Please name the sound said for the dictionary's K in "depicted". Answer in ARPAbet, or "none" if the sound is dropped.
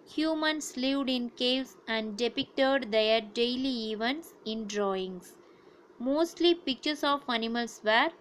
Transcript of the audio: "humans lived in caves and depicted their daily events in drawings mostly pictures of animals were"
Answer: K